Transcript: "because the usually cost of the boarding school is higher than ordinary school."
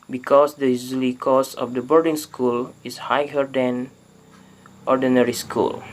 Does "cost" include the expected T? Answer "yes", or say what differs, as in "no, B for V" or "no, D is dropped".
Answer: no, T is dropped